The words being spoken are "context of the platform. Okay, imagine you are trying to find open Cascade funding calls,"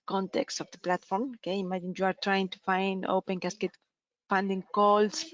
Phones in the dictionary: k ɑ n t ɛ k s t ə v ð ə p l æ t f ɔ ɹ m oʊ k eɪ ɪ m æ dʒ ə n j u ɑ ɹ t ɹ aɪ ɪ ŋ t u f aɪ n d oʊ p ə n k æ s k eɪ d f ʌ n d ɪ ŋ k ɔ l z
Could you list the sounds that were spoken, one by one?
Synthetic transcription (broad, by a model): k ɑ n t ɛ k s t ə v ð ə p l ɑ t f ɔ ɹ m oʊ k eɪ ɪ m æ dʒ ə n j u ɑ ɹ t ɹ aɪ ɪ ŋ t u f aɪ n d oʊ p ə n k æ s k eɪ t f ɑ n d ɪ ŋ k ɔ l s